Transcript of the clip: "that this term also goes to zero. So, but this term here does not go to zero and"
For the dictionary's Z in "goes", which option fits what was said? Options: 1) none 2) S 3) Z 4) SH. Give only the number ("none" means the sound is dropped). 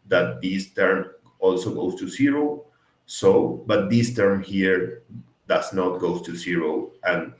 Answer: 2